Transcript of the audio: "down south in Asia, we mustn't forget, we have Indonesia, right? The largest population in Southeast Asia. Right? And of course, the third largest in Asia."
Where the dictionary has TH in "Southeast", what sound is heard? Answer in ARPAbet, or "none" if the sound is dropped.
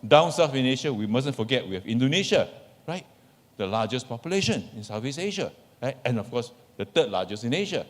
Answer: F